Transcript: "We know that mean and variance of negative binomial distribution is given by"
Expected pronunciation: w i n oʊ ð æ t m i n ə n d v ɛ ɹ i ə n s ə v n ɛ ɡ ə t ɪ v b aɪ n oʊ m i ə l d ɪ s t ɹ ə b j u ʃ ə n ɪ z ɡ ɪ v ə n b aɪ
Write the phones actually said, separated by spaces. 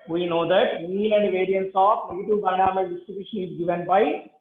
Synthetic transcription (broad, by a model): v i n oʊ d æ t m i l ə n d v ɛ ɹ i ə n s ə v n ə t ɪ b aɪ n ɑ m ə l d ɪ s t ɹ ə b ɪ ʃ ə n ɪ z ɡ ɪ v ə n b aɪ